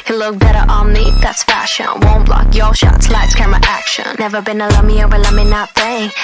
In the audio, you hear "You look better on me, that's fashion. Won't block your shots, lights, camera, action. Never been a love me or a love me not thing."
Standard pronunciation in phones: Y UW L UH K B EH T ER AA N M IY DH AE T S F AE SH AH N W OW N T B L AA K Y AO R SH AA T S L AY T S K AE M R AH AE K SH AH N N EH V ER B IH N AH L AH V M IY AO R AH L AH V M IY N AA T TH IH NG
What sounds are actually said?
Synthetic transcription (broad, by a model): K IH L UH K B EH T ER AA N M IY DH AE T S F AE SH AH N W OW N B L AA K Y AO L SH AA T S L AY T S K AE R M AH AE K SH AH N N EH V ER B IH N AH L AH M IY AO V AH L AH M IY N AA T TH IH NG